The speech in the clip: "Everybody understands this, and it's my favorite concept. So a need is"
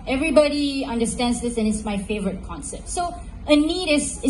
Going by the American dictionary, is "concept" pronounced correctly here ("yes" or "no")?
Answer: yes